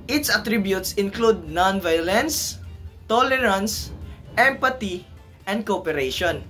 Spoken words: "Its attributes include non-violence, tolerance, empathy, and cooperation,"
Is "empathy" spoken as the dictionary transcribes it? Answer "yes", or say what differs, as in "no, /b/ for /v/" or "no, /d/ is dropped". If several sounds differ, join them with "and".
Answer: no, /t/ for /θ/